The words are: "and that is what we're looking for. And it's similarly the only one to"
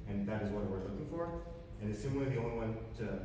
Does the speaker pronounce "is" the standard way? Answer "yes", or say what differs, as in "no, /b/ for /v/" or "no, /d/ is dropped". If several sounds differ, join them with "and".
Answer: yes